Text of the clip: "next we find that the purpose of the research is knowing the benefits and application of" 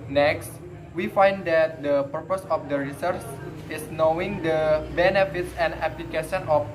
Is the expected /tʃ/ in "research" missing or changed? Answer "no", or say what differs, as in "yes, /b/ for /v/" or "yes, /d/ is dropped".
yes, /s/ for /tʃ/